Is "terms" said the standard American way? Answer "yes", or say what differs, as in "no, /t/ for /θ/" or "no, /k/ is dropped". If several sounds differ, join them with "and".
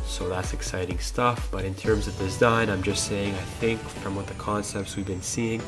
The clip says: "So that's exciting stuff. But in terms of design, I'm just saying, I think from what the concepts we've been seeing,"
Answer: yes